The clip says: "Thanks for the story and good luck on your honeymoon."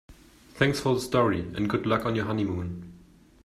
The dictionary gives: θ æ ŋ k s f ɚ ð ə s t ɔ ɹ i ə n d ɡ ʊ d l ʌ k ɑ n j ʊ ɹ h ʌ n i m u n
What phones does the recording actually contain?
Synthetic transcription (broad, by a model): θ æ ŋ k s f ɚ ð ə s t ɔ ɹ i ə n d ɡ ʊ d l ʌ k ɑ n j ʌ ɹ h ʌ n i m u n